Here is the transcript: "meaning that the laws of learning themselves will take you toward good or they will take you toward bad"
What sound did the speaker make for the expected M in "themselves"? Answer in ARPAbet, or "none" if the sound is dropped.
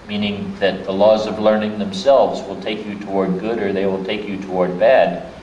M